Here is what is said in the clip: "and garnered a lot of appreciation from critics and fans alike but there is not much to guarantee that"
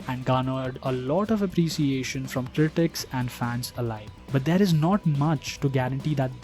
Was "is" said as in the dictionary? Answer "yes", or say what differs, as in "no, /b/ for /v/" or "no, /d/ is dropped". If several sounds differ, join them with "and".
yes